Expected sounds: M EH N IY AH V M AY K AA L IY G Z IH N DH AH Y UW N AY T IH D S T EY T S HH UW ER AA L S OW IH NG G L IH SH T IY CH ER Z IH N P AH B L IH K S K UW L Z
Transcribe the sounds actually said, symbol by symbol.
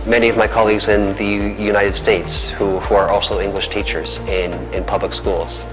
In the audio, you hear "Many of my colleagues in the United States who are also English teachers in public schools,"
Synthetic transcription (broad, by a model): M EH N IY AH V M AY K AA L IY G Z IH N DH AH Y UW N AY T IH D S T EY T S HH UW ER AA L S OW IH NG G L IH SH T IY CH ER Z IH N P AH B L IH K S K UW L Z